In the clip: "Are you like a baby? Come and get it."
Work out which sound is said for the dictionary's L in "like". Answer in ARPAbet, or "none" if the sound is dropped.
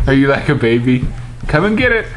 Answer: L